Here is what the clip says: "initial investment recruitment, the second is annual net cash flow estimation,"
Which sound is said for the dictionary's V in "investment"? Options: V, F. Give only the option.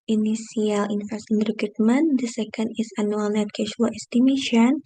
F